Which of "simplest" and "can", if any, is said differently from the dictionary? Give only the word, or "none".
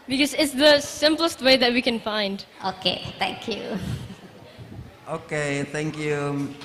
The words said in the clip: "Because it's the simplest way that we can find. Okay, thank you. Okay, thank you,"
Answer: none